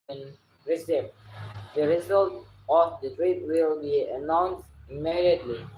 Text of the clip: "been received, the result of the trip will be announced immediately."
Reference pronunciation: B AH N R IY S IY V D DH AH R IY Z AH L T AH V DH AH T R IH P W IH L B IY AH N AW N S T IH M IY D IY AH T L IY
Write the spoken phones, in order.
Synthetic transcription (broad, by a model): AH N R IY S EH P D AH R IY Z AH L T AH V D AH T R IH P W IH L B IY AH N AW N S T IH M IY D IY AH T L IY